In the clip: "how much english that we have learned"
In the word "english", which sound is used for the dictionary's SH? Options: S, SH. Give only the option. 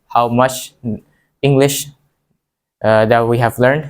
SH